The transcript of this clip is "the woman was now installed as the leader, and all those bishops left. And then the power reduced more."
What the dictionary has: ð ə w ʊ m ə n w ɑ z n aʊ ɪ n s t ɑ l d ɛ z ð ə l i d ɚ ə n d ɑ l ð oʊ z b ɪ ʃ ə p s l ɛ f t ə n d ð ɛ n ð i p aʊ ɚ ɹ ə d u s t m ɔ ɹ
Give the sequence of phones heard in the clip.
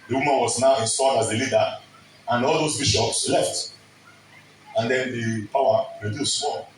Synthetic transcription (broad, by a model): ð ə w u m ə n w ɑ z n aʊ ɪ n s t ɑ d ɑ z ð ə l i d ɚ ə n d ɑ l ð oʊ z b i ʃ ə p s l ɛ f t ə n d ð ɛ n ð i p aʊ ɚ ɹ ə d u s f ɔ